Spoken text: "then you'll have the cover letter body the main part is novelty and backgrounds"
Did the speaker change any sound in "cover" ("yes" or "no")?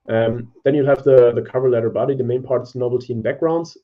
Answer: no